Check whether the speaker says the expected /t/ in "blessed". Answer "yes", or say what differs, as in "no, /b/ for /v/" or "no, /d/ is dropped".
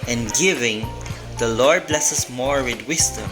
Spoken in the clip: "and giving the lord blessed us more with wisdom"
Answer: no, /t/ is dropped